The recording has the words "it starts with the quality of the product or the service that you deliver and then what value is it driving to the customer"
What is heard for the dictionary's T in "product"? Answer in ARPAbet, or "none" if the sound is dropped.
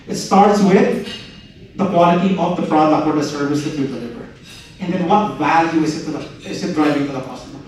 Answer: none